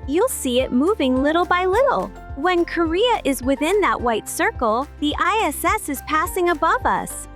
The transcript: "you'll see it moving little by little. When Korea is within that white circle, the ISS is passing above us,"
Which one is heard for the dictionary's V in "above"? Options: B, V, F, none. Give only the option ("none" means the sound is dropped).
V